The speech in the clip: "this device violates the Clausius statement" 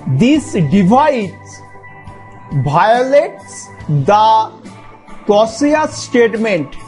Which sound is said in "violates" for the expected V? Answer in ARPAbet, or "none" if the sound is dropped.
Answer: B